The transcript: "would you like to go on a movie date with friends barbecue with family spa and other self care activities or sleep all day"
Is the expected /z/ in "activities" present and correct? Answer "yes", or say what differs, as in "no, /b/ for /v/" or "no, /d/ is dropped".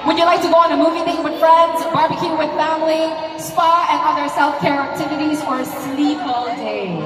yes